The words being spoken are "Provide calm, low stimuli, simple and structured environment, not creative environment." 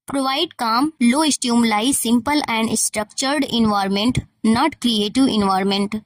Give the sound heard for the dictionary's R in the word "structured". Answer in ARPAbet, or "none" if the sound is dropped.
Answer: R